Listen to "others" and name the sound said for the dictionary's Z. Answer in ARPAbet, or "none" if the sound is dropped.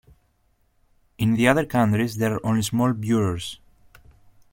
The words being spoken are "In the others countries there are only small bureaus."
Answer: none